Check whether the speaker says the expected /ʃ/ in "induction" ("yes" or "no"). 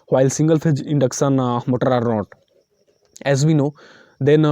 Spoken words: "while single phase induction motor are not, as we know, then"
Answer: no